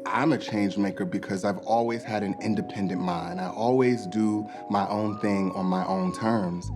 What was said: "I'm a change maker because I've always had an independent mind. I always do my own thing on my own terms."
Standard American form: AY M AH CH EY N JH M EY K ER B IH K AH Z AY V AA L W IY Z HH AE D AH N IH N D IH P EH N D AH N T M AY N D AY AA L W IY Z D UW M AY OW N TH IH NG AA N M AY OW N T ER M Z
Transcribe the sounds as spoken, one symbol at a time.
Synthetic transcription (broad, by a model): AY M AH CH EY N JH M EY K ER B IH K AH Z AY V AA L W IY Z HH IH D AH N IH N D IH P EH N D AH N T M AY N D AY AA L W IY Z D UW M AY OW N TH IH NG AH N M AY OW N T ER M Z